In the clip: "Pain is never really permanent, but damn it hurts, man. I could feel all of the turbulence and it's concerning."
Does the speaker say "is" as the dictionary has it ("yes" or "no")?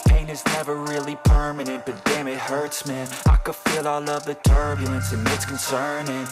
yes